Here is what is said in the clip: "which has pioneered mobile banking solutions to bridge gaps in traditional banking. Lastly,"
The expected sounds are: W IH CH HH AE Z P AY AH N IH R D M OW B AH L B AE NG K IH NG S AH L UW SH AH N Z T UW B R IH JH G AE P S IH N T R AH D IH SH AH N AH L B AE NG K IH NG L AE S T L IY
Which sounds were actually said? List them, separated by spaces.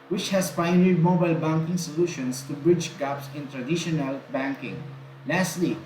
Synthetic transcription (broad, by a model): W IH CH HH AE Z P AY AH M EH R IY M OW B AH L B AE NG K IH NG S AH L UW SH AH N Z T UW B R IH JH G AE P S IH N T R AH D IH SH AH N AH L B AE NG K IH NG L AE S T L IY